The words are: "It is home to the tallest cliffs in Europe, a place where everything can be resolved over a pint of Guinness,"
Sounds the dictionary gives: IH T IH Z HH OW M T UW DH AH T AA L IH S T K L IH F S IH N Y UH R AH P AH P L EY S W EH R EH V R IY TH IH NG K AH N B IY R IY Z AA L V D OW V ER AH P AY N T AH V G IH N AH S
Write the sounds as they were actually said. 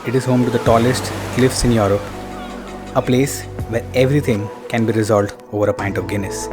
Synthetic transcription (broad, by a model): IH T IH Z HH OW M T UW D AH T AA L IH S T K L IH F S IH N Y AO R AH P AH P L EY S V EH R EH V R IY T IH NG K AH N B IY R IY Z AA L D OW V ER AH P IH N T AH V G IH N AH S